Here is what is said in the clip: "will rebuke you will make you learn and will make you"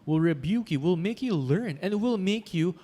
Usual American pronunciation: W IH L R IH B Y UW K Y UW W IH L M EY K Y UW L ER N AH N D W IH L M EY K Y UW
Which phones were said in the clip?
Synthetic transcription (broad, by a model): W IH L R IH B Y UW K Y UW W IH L M EY K Y UW L ER N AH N W IH L M EY K Y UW